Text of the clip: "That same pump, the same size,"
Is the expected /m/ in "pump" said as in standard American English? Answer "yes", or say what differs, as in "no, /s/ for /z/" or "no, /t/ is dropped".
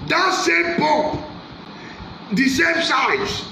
no, /m/ is dropped